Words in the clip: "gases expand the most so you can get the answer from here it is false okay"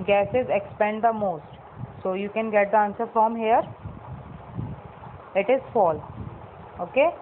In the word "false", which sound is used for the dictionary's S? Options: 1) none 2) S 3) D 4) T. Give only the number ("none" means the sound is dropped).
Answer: 1